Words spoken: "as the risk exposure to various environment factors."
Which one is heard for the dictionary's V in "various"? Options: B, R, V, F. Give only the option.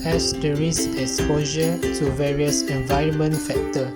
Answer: V